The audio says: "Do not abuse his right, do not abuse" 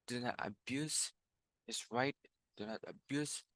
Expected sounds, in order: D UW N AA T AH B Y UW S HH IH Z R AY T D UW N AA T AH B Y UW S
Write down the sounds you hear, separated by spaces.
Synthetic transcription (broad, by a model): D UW N AA T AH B Y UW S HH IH S R AY T D UW N AA T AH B Y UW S